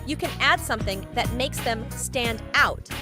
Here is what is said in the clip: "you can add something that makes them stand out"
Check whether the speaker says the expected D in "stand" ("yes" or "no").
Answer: yes